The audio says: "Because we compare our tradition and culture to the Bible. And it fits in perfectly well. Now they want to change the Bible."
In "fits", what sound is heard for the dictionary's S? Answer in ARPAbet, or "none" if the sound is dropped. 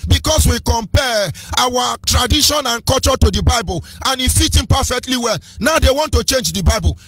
none